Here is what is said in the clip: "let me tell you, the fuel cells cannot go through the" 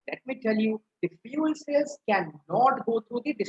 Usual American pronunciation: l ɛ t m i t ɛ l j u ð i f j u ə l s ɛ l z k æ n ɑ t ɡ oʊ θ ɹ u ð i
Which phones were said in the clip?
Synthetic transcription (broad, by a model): l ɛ t m i t ɛ l j u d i f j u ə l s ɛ z k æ n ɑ t ɡ oʊ t ɹ u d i